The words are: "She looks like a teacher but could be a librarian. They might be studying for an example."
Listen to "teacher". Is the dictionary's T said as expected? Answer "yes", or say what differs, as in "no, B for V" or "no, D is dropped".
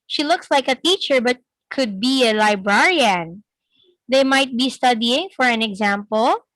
yes